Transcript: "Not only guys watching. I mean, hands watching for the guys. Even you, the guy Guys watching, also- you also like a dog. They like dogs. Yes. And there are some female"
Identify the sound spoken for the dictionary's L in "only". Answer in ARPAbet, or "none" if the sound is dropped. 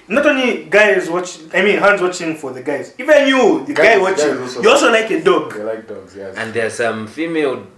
L